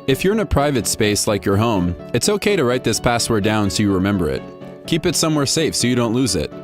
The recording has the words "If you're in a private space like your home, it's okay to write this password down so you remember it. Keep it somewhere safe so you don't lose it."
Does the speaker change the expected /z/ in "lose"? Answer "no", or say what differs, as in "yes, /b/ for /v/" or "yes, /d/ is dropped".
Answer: no